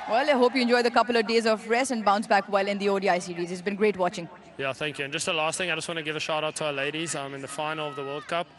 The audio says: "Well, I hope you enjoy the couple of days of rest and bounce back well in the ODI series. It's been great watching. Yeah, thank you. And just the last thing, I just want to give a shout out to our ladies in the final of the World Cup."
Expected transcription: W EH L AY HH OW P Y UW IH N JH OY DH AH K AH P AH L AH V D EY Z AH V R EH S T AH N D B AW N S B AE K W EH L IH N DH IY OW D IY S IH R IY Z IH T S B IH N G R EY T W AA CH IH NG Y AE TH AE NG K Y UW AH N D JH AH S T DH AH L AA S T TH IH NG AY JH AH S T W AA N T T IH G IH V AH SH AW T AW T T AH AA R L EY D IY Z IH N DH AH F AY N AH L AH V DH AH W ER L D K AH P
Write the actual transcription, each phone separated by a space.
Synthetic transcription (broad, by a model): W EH L AY HH OW P Y UW IH N JH OY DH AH K AH P AH L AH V D EY Z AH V R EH S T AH N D B AW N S B AE K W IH L IH N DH IY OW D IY S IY R IY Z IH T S B IH N G R EY T W AA CH IH NG Y AE TH AE NG K Y UW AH N JH AH S T DH AH L AA S T TH IH NG AY JH AH S T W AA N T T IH G IH V AH SH AW T AW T T AH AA L EY D IY Z IH N DH AH F AY N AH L AH V DH AH W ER L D K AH P